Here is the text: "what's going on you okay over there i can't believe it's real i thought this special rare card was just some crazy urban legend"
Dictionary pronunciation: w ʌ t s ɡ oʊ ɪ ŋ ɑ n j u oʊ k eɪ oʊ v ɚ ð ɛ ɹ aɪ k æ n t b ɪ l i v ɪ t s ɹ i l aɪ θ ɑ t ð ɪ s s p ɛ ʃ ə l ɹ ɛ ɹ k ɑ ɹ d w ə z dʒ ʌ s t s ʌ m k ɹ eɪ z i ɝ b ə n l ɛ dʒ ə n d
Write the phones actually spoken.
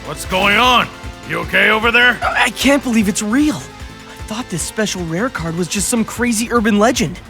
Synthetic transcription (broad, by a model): w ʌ t s ɡ oʊ ɪ ŋ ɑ n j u oʊ k eɪ oʊ v ɚ ð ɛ ɹ aɪ k æ n t b ɪ l i v ɪ t s ɹ i l aɪ θ ɑ t ð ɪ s s p ɛ ʃ l ɹ ɛ ɹ k ɑ ɹ d w ə z dʒ ʌ s t s ʌ m k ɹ eɪ z i ɝ b ə n l ɛ dʒ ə n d